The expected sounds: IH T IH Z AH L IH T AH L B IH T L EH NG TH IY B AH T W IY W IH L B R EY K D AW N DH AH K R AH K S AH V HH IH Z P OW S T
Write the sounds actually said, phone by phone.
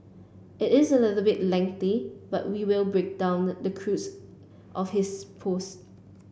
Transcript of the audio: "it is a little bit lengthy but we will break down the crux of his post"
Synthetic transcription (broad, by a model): IH T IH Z AH L IH T AH L B IH T L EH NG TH IY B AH T W IY W IH L B R EY K D AW N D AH K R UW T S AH F HH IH S P OW S T